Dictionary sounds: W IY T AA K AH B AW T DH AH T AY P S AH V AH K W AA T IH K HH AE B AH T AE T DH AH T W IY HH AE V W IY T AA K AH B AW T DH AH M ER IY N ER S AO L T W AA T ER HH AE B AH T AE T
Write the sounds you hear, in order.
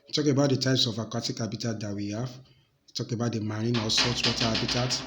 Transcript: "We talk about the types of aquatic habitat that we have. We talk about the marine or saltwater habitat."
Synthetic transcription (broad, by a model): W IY T AA K AH B AW T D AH T AY P S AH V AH K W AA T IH K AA B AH T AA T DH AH T W IY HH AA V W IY T AA K AH B AW T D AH M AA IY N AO S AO T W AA T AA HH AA B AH T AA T